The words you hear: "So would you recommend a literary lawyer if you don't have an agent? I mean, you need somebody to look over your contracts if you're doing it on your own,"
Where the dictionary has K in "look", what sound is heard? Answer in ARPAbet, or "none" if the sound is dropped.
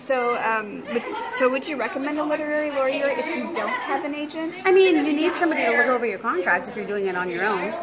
none